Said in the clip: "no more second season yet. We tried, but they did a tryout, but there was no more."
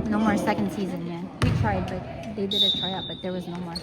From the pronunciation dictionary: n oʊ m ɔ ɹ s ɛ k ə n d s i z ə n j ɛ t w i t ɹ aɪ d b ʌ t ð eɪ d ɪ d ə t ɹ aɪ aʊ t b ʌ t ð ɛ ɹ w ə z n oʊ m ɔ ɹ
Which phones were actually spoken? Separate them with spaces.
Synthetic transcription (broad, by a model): n oʊ m ɔ ɹ s ɛ k ə n d s i z ə n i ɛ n w i t ɹ aɪ d b ʌ t ð eɪ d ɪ d ə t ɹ aɪ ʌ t b ʌ t ð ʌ ɹ w ə z n oʊ m ɔ ɹ